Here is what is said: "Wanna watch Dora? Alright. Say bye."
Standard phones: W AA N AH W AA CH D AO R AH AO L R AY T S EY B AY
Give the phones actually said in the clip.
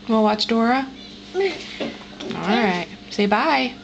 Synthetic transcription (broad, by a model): W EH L W AA CH D AO R AH AO L R AY T S EY B AY